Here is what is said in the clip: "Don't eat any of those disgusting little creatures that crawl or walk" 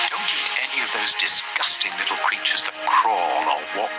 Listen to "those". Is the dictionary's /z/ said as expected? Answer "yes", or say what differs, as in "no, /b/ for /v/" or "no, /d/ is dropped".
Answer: yes